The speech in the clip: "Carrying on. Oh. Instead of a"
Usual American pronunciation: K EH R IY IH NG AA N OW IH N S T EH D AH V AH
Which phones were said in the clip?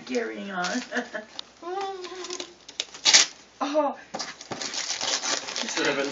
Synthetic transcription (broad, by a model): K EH R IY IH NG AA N OW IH S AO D AH V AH